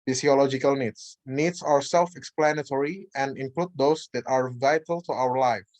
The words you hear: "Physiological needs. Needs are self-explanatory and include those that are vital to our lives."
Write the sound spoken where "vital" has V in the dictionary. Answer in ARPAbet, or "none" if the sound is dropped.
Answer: V